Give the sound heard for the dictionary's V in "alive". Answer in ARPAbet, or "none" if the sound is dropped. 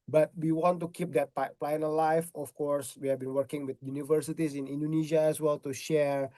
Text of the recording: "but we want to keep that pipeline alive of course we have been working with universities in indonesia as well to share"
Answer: F